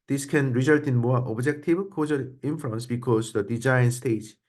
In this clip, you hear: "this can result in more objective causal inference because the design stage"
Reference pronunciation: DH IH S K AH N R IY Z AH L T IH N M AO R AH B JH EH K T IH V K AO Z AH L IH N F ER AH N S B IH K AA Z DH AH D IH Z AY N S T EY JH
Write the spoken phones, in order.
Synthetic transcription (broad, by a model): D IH S K AH N R IY Z AH L T IH N M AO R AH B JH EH K T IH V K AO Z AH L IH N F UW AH N S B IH K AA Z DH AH D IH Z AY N S T EY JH